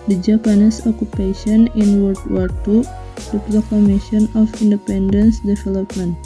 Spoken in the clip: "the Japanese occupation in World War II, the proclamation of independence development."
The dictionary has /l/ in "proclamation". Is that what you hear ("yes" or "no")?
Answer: no